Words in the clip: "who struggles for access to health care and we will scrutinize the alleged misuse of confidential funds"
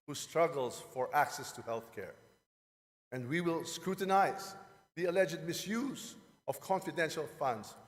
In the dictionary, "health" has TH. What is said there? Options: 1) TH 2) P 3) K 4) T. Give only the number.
1